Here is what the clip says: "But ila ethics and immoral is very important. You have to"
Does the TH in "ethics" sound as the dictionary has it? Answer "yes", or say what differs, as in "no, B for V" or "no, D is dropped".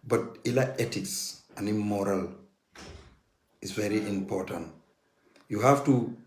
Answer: no, T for TH